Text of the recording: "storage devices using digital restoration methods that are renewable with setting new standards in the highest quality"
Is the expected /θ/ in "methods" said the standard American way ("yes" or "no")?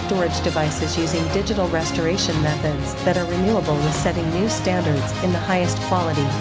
yes